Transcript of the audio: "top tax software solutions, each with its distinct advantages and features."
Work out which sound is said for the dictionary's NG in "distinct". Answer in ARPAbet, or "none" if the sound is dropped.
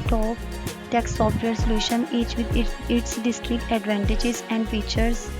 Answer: none